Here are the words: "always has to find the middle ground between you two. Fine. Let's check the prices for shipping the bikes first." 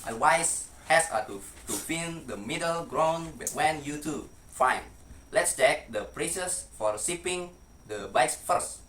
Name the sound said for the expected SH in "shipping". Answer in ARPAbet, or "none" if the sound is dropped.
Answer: S